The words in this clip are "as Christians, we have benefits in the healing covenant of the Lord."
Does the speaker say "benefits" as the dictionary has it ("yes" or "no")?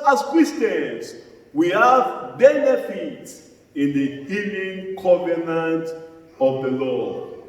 yes